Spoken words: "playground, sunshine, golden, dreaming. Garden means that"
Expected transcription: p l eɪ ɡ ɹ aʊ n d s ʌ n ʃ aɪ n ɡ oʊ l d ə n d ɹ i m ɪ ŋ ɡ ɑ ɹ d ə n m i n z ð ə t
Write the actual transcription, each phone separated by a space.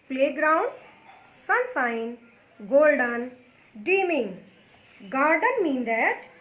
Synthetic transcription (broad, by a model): p l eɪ ɡ ɹ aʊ n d s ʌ n s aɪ n ɡ oʊ l d ə n d i m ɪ ŋ ɡ ɑ ɹ d ə n m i n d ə t